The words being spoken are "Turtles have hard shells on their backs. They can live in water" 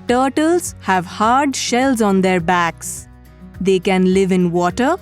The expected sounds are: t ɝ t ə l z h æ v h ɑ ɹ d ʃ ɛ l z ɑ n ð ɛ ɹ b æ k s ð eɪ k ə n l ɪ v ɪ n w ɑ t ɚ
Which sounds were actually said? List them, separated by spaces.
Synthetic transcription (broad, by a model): t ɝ t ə l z h æ v h ɑ ɹ d ʃ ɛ l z ɑ n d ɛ ɹ b æ k s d eɪ k ə n l ɪ v ɪ n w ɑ t ɚ